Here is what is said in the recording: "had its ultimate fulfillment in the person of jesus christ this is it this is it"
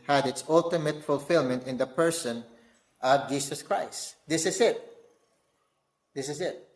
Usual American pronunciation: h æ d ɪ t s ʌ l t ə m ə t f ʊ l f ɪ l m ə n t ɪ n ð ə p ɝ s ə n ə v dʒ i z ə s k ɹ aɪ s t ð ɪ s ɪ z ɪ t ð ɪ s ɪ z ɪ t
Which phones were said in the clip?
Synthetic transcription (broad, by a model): h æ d ɪ t s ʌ l t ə m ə t f ʊ l f ɪ l m ə n t ɪ n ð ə p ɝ s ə n ə v dʒ i s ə s k ɹ aɪ s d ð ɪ s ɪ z ɪ t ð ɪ s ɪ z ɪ t